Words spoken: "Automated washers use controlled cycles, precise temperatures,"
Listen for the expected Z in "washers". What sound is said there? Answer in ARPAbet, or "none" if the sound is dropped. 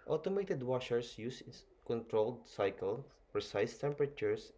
S